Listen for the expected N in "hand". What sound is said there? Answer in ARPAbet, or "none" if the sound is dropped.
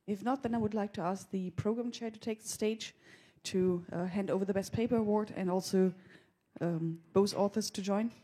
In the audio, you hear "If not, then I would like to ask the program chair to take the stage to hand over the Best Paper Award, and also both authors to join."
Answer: N